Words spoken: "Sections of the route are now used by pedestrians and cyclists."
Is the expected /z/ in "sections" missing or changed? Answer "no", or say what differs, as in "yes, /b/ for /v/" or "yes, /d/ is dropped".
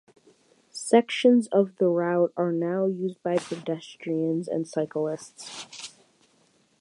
no